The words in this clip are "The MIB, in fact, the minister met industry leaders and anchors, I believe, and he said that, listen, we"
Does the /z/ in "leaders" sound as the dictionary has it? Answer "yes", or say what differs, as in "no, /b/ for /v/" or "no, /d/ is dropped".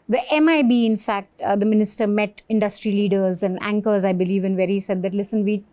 yes